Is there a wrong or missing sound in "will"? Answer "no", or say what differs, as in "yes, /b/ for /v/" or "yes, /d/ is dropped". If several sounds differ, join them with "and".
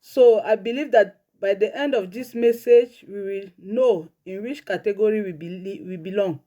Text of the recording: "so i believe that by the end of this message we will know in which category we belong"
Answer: no